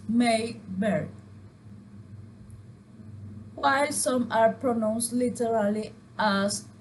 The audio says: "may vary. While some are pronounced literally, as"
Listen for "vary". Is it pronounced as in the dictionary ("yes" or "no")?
no